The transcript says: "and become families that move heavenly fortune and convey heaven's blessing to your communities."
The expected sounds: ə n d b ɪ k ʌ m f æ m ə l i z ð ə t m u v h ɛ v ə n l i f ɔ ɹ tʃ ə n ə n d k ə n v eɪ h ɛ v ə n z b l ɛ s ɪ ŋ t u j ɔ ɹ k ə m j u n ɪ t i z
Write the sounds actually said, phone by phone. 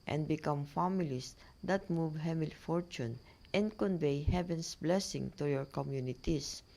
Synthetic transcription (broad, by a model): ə n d b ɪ k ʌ m f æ m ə l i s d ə t m u v h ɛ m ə l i f ɔ ɹ tʃ ə n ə n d k ə n v eɪ h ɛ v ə n s b l ɛ s ɪ ŋ t u j ɔ ɹ k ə m j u n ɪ t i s